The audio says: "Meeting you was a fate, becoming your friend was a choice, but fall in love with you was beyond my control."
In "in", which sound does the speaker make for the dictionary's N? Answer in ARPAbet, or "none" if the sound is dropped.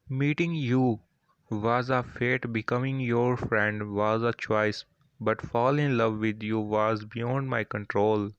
N